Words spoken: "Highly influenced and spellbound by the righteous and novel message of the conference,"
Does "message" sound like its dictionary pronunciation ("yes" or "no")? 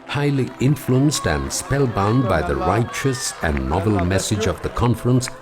yes